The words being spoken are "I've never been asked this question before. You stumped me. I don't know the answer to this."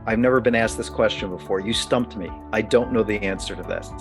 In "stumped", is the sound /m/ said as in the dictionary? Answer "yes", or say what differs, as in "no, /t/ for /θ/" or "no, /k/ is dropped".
yes